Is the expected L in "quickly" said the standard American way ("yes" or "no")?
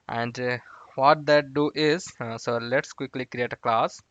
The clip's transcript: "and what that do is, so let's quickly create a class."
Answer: yes